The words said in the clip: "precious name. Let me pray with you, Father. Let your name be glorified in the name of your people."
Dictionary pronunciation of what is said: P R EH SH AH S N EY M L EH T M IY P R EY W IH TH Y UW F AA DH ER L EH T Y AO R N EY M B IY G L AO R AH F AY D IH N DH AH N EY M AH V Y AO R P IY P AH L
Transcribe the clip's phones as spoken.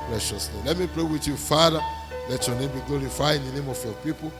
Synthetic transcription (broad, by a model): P R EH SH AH S L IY L EH T M IY P R EY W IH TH Y UW F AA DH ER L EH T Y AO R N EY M B IY G L AO R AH F AY IH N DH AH N EY M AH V Y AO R P IY P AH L